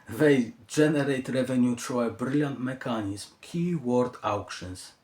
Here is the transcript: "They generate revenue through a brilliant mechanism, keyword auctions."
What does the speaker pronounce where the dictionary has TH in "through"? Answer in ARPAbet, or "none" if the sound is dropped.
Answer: T